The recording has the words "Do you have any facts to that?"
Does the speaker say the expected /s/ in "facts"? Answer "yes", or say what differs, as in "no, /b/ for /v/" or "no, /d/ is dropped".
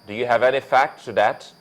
no, /s/ is dropped